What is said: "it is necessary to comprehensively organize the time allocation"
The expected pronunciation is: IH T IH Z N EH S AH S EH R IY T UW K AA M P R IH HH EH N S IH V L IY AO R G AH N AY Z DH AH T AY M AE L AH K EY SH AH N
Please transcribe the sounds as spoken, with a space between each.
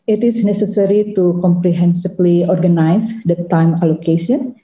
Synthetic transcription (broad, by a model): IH T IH S N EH S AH S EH R IY T UW K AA M P R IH HH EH N S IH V L IY AO R G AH N AY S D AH T AY M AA L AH K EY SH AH N